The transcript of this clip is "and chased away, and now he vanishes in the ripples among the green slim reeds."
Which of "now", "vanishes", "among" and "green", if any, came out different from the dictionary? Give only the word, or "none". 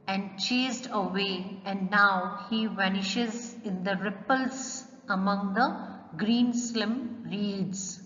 none